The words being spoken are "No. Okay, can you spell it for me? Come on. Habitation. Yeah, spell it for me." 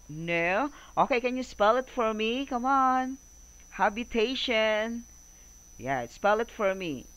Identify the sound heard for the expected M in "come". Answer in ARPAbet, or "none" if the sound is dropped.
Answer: M